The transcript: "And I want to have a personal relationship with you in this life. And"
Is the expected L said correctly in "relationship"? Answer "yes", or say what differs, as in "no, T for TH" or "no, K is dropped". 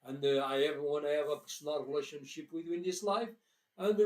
yes